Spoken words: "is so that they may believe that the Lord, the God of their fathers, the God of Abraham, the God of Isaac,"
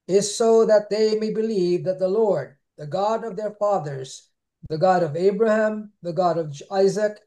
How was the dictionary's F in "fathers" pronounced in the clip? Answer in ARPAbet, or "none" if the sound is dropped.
F